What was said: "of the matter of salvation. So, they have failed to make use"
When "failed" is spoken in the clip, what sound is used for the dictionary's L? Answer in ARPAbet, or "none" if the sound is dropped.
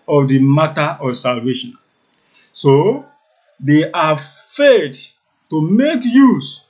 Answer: none